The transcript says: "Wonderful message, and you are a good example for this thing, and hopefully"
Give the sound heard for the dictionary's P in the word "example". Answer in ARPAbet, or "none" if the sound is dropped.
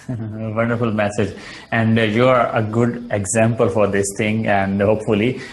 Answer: P